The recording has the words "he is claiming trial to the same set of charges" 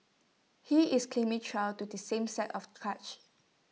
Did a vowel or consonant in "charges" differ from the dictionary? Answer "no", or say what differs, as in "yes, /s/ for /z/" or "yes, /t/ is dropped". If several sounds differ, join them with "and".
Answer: yes, /dʒ/ is dropped